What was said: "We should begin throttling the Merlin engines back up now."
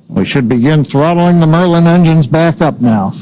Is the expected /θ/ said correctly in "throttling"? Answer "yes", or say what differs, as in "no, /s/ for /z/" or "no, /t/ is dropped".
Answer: yes